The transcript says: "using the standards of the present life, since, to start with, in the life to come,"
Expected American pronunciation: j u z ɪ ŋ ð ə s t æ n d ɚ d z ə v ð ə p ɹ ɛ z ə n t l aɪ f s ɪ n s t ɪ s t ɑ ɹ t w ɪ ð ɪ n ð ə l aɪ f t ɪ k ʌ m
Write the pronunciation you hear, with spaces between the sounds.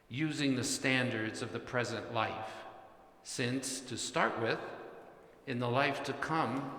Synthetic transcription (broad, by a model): j u z ɪ ŋ ð ə s t æ n d ɚ d z ə v ð ə p ɹ ɛ z ə n t l aɪ f s ɪ n s t ɪ s t ɑ ɹ t w ɪ ð ɪ n ð ə l aɪ f t ɪ k ʌ m